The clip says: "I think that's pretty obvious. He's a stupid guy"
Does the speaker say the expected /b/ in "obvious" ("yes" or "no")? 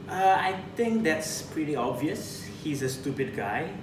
yes